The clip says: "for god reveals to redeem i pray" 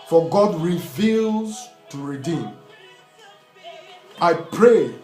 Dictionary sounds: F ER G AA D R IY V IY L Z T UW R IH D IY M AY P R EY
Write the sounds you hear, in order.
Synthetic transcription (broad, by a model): F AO G AA D R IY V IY L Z T UW R IH D IY M AY P R EY